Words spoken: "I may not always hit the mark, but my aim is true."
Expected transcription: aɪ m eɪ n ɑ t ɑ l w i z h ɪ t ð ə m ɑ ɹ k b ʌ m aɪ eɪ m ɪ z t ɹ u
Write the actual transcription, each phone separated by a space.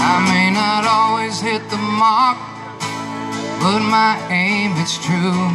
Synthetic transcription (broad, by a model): aɪ m eɪ n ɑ t ɑ l w i z h ɪ t ð ə m ɑ ɹ k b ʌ m aɪ eɪ m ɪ s t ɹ u